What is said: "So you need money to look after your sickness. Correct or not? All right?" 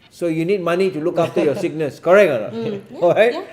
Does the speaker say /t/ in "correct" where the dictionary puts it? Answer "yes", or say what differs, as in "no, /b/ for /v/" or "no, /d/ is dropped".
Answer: no, /t/ is dropped